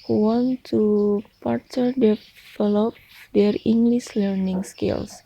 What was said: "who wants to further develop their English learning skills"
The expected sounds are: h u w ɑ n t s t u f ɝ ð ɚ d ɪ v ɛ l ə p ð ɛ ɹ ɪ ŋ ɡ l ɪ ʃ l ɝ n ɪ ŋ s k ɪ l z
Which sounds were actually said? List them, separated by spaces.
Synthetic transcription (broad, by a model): h u w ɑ n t t u p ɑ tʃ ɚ d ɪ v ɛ l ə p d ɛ ɹ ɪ ŋ ɡ l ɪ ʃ l ɝ n ɪ ŋ s k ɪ l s